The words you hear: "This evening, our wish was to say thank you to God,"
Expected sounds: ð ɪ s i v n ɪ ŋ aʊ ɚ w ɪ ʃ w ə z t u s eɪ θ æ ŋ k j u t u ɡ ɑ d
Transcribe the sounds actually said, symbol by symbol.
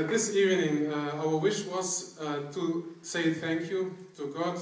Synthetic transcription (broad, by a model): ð ɪ s i v n ɪ ŋ aʊ ɚ w ɪ ʃ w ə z t u s eɪ θ æ ŋ k j u t u ɡ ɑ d